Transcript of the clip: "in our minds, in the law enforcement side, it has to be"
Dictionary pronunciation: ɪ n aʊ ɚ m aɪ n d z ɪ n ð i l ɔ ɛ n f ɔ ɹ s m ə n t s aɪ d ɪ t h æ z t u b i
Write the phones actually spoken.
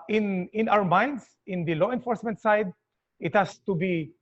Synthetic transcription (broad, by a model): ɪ n aʊ ɚ m aɪ n d s ɪ n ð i l ɔ ɛ n f ɔ ɹ s m ə n t s aɪ d ɪ t h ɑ s t u b i